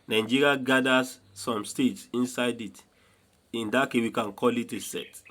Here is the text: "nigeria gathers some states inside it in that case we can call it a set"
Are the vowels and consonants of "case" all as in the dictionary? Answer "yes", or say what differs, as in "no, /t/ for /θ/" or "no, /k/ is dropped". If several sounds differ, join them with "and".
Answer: no, /s/ is dropped